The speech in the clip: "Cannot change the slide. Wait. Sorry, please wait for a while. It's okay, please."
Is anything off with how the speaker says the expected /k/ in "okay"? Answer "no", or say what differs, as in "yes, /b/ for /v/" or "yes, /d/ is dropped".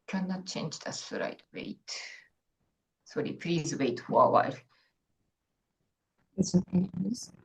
yes, /k/ is dropped